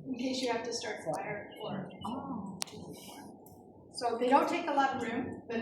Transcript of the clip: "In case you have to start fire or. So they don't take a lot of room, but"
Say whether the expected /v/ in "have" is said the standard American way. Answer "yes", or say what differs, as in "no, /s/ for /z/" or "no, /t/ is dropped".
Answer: no, /f/ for /v/